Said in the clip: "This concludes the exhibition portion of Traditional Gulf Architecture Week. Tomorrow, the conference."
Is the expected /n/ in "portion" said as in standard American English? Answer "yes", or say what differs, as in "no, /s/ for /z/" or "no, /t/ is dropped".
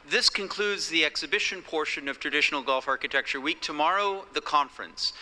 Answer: yes